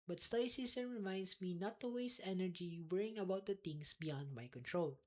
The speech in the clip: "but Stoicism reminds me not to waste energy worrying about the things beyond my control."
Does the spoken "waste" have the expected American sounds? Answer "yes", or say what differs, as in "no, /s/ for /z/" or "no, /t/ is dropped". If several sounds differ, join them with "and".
no, /t/ is dropped